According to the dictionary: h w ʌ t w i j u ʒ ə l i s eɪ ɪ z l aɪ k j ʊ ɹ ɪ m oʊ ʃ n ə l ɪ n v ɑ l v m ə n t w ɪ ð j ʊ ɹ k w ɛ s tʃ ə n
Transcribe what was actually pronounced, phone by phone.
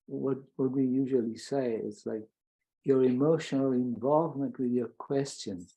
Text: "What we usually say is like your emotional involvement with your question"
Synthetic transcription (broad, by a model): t w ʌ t w i j u ʒ ə l i s eɪ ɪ s l aɪ k j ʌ ɹ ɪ m oʊ ʃ n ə l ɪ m v ɑ l v m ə n t w ɪ ð j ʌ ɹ k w ɛ s tʃ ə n